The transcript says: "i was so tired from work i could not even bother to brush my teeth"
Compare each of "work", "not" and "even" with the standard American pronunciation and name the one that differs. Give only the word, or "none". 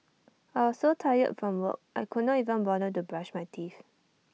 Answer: work